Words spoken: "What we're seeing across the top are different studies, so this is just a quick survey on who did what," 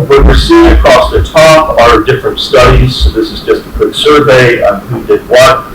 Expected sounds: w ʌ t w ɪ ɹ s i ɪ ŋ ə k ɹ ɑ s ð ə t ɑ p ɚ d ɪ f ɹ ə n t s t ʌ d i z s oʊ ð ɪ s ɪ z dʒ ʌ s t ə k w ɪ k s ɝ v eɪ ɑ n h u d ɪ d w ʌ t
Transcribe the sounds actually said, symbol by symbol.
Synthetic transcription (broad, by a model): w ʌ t w ɪ ɹ s i ɪ ŋ ə k ɹ ɑ s ð ə t ɑ p ɚ d ɪ f ɹ ə n t s t ʌ d i z s oʊ ð ɪ s ɪ z dʒ ʌ s t ə k w ɪ k s ɝ v eɪ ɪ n h u d ɪ d w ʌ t